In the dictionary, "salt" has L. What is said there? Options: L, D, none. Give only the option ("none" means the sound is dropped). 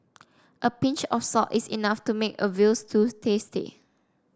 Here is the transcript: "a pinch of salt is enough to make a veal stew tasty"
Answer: none